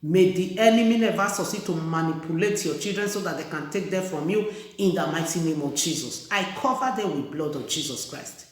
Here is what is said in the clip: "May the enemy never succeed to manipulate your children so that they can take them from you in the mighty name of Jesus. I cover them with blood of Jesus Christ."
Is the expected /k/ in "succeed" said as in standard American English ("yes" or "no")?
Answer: no